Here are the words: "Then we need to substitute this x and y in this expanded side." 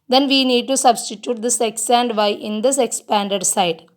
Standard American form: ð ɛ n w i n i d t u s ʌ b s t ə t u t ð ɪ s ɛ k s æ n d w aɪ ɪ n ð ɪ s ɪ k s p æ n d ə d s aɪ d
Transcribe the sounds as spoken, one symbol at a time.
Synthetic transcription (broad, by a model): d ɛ n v i n i d t u s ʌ b s t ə t u t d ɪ s ɛ k s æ n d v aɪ ɪ n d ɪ s ɪ k s p æ n d ə d s aɪ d